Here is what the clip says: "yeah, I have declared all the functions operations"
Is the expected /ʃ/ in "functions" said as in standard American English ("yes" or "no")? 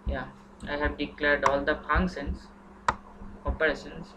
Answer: no